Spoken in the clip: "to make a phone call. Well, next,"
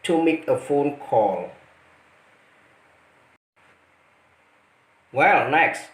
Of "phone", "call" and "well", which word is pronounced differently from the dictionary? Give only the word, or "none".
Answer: none